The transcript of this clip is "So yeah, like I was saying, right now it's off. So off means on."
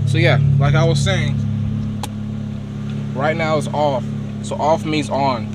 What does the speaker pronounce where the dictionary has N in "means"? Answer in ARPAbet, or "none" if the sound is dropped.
none